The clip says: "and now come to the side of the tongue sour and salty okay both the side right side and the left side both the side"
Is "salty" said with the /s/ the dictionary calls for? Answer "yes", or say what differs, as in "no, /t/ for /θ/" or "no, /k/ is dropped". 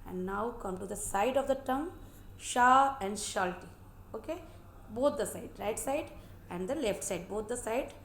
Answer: no, /ʃ/ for /s/